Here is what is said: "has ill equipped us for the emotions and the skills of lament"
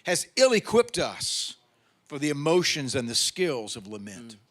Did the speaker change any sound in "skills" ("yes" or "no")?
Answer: no